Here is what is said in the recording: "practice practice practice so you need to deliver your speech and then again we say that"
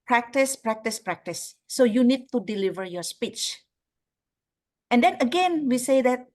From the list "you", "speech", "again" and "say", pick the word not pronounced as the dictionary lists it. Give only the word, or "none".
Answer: none